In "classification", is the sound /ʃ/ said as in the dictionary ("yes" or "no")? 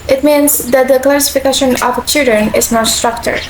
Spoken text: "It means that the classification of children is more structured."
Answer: yes